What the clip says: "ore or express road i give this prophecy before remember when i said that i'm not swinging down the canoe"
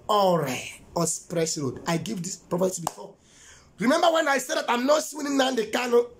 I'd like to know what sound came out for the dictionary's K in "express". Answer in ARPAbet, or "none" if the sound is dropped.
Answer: none